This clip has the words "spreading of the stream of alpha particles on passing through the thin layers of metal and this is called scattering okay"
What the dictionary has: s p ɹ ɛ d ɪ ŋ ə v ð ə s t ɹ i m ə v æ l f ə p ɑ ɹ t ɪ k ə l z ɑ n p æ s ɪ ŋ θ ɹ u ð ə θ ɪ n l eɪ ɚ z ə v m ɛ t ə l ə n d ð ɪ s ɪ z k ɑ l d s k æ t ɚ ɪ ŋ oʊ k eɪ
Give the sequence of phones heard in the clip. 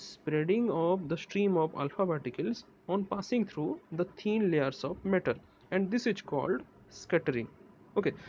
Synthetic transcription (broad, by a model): s p ɹ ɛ d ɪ ŋ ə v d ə s t ɹ i m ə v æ l f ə b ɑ t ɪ k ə l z ɑ n p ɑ s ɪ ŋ t ɹ u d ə t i n l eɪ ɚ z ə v m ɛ t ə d ə n d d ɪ s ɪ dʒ k ɑ l d s k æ t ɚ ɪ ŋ oʊ k eɪ